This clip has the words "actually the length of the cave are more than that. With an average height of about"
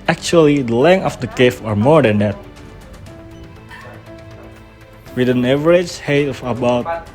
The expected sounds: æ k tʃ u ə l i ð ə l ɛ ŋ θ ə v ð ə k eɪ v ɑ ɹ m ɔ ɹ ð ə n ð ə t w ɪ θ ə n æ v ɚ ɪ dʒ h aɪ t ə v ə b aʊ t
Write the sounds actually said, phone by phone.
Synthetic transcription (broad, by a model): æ k tʃ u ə l i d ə l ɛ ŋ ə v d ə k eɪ f ɑ ɹ m ɔ ɹ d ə n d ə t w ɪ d ə n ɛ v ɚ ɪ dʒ h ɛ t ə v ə b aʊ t